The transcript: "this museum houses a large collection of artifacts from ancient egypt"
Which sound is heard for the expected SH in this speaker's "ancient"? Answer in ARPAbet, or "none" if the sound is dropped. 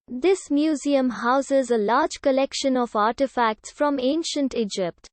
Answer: SH